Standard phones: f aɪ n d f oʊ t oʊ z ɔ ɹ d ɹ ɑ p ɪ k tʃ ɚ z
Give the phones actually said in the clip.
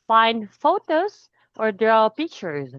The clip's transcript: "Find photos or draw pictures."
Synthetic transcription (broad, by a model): f aɪ n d f oʊ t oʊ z ɔ ɹ d ɹ ɑ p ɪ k tʃ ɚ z